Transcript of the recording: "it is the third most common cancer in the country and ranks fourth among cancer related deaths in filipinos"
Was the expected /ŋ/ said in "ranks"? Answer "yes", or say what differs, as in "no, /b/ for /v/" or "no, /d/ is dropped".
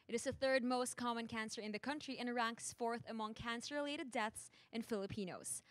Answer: yes